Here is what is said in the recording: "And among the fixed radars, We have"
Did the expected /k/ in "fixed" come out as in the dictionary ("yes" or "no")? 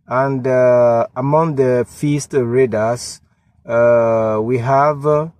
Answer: no